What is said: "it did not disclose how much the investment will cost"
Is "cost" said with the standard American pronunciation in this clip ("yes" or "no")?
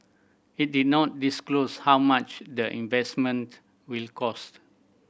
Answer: yes